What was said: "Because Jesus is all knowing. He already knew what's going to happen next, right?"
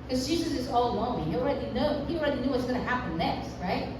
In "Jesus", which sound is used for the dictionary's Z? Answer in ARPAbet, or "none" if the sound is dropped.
Z